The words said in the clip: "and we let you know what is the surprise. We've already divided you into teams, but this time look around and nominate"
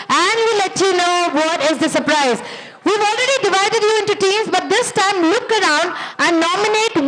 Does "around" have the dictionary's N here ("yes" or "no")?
yes